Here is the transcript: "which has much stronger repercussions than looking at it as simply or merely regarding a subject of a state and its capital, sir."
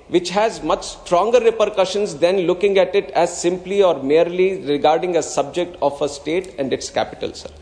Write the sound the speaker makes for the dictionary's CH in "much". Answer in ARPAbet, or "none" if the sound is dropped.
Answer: CH